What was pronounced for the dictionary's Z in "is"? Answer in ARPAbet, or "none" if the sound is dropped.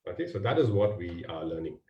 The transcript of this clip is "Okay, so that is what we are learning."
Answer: Z